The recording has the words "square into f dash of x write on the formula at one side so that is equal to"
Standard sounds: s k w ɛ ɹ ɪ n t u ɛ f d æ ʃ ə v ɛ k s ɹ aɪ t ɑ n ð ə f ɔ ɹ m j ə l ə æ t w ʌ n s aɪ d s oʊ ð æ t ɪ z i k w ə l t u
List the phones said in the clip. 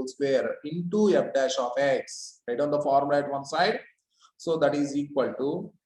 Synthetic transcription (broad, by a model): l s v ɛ ɹ ɪ n t u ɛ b d æ ʃ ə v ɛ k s ɹ aɪ t ɑ n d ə f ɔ ɹ m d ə ə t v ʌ n s aɪ d s oʊ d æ t ɪ z i k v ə l t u